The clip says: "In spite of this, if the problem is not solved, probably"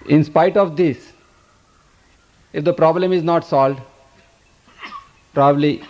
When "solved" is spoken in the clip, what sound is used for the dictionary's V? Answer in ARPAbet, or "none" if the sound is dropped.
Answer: none